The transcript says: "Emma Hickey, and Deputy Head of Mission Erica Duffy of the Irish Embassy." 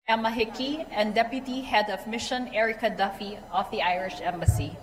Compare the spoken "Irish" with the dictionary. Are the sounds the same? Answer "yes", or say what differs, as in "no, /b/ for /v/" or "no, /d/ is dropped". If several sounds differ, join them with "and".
yes